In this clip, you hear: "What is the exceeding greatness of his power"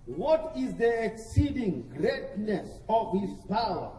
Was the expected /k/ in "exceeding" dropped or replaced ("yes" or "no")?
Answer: no